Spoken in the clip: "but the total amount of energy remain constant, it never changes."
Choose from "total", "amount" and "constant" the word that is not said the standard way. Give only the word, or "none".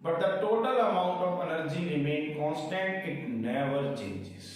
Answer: none